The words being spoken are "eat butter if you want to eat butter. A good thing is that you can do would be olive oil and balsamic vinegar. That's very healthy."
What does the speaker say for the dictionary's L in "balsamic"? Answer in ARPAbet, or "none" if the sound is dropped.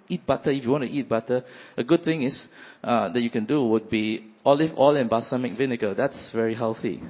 none